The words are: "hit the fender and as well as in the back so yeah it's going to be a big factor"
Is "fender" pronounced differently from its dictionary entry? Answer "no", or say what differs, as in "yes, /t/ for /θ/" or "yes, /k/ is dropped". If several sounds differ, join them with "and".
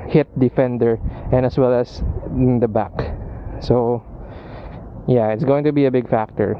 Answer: no